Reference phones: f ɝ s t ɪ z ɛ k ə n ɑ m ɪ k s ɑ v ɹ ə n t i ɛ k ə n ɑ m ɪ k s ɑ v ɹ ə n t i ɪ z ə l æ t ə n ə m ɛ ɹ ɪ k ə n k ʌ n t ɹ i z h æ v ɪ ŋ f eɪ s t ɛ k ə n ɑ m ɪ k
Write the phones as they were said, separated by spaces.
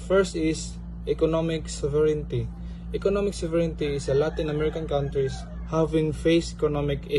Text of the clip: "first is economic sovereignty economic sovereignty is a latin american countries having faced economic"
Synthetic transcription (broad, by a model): f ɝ s t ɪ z ɛ k ə n ɑ m ɪ k s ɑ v ɹ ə n t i ɛ k ə n ɑ m ɪ k s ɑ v ɹ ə n t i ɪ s ə l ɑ t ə n ə m ɛ ɹ ɪ k ə n k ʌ n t ɹ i s h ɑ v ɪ ŋ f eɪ s ɛ k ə n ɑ m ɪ k